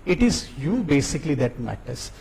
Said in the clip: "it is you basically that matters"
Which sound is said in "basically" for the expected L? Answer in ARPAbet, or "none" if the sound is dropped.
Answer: L